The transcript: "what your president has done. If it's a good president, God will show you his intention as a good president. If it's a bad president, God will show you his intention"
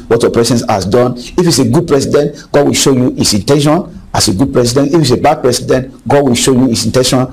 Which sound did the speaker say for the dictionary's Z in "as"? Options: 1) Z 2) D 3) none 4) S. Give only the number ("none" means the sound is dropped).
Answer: 4